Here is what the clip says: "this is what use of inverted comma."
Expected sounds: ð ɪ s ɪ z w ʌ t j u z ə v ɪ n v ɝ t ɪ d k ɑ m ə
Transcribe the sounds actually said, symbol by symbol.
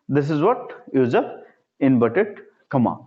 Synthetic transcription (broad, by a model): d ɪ s ɪ z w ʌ t j u z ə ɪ n b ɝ t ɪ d k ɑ m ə